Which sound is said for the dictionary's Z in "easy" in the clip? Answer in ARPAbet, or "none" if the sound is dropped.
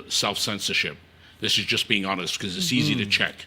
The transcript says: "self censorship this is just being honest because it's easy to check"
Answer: Z